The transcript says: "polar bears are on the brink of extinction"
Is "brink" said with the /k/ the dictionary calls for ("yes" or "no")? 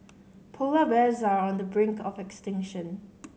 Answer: yes